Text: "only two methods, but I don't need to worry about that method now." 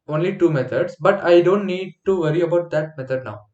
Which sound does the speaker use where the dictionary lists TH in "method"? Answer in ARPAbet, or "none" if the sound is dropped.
T